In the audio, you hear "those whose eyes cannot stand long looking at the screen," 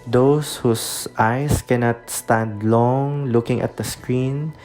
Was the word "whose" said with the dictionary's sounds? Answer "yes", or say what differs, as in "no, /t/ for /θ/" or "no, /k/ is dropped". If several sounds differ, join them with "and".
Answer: no, /s/ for /z/